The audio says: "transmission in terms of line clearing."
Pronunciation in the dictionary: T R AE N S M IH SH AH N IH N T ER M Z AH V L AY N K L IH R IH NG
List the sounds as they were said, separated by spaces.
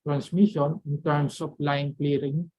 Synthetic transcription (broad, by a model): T R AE N S M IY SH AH N IH N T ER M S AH P L AY N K L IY R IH NG